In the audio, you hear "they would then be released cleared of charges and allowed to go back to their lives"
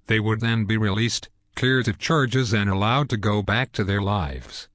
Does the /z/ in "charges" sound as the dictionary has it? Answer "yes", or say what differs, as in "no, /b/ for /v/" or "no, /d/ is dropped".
yes